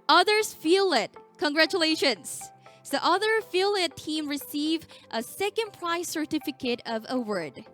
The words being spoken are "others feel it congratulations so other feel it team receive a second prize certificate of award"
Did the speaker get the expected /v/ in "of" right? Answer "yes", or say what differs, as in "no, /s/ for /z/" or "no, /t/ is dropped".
yes